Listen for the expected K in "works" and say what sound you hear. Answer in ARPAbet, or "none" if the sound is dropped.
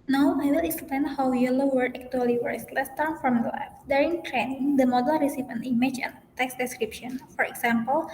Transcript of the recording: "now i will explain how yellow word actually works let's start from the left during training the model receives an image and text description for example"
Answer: none